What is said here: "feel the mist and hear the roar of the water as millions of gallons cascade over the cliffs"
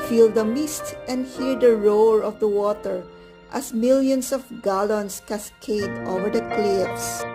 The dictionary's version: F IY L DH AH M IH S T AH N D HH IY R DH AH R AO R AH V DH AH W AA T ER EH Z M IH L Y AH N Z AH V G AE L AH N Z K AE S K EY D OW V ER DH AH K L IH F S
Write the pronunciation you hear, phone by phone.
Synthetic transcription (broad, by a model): F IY L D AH M IH S T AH N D HH IY R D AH R AO R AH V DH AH W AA T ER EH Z M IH L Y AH N S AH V G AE L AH N S K AE S K EY D OW V ER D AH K L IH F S